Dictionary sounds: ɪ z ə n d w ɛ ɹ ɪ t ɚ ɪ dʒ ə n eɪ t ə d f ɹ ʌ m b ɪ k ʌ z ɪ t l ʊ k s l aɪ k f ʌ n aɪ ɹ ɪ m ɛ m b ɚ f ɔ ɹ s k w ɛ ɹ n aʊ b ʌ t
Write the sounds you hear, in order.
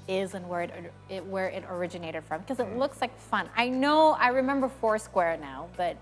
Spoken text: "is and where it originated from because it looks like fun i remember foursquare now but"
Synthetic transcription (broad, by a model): ɪ z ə n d w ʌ ɹ ɪ t ɚ ɪ dʒ ə n eɪ t ə d f ɹ ʌ m k ʌ z ɪ t l ʊ k s l aɪ k f ʌ n aɪ ɹ ɪ m ɛ m b ɚ f ɔ ɹ s k w ɛ ɹ n aʊ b ʌ t